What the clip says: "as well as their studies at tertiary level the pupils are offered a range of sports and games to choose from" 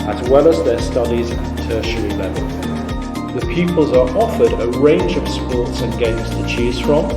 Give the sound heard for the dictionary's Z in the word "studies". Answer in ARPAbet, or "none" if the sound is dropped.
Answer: Z